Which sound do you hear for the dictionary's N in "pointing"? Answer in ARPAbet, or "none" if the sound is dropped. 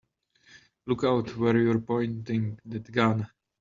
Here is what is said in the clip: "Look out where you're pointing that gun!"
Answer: N